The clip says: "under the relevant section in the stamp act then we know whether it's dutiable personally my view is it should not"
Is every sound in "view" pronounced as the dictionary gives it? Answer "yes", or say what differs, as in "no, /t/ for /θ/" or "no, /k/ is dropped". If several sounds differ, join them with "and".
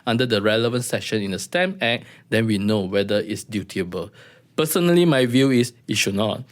yes